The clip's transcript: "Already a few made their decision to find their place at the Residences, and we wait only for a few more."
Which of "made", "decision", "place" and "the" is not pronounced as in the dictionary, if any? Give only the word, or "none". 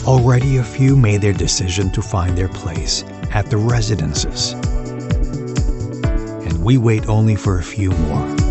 none